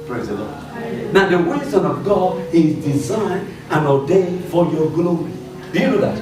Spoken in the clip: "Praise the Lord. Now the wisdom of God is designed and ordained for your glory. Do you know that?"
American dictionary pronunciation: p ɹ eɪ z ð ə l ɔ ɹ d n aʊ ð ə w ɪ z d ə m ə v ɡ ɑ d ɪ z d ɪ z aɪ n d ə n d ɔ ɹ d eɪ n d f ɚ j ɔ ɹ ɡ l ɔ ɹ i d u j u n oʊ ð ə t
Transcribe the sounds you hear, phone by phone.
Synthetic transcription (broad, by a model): p ɹ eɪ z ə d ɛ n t n aʊ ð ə w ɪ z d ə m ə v ɡ ɑ d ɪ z d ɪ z aɪ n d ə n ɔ d eɪ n f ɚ j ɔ ɡ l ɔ i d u j u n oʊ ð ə t